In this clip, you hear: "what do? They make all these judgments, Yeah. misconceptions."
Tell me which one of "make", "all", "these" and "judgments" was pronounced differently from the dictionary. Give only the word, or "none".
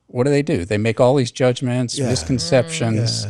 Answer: none